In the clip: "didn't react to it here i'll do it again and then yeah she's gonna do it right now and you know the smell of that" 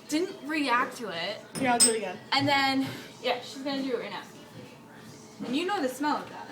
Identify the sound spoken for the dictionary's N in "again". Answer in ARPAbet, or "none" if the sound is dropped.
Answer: none